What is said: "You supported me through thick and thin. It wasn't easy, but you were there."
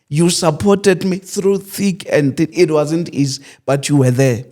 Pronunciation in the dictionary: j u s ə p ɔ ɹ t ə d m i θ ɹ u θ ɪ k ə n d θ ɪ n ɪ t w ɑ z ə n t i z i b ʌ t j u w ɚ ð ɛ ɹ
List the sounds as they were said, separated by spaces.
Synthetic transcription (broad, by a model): j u s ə p ɔ t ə d m i θ ɹ u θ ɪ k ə n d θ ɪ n ɪ t w ɑ z ə n t i z i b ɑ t j u w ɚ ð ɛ